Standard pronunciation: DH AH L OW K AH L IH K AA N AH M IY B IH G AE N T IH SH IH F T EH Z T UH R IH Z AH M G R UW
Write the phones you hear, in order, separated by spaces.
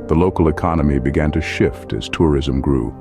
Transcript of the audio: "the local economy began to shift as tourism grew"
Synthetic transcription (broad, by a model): DH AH L OW K L IH K AA N AH M IY B IH G AE N T IH SH IH F T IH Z T UH R IH Z AH M G R UW